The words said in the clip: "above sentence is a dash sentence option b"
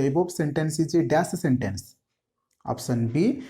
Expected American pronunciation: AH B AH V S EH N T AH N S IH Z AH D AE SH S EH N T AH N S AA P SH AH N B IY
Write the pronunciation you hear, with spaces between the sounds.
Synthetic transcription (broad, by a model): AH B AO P S EH N T AH N S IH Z AH D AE S S EH N T AH N S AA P S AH N B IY